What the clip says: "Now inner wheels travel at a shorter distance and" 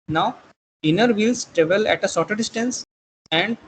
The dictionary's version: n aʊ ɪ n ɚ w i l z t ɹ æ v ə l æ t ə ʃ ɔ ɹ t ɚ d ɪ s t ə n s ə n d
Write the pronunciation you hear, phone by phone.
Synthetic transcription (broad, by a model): n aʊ ɪ n ɚ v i l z t ɹ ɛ v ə l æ t ə s ɔ t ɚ d ɪ s t ə n s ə n d